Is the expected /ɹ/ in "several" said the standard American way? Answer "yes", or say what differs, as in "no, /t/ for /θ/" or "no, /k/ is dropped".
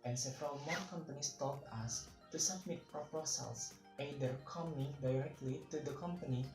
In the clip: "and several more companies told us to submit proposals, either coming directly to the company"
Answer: yes